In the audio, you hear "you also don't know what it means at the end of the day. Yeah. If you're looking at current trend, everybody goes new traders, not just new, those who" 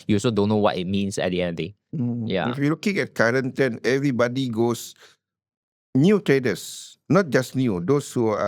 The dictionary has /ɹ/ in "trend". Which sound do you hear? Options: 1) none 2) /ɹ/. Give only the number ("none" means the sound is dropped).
1